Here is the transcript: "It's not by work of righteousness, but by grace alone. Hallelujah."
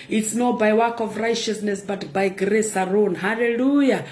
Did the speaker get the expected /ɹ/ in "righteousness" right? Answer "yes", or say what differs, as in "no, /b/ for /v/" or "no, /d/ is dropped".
yes